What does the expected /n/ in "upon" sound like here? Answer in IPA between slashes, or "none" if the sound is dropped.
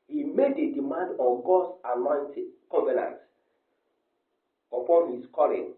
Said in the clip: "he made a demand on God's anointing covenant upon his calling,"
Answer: /n/